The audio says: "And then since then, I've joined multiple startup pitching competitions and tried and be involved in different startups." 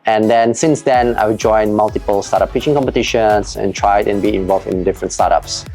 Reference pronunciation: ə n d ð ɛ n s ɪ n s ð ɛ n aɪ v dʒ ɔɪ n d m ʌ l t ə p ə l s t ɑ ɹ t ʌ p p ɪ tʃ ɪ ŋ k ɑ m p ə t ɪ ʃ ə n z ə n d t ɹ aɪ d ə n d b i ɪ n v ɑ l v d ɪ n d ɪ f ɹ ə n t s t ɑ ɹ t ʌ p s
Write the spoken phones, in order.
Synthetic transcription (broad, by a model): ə n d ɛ n s ɪ n s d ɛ n aɪ w dʒ ɔɪ n m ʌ l t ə p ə l s t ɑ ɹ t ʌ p p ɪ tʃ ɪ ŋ k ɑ m p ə t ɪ ʃ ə n s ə n t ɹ aɪ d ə n b i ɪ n v ɑ l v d ɪ n d ɪ f ɹ ə n t s t ɑ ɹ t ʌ p s